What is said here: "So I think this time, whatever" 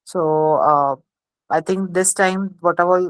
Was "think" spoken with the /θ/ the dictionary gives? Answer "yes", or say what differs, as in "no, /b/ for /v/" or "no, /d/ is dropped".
no, /t/ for /θ/